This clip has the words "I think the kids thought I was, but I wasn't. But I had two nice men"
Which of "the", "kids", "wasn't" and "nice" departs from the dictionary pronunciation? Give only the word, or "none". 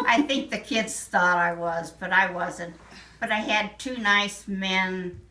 none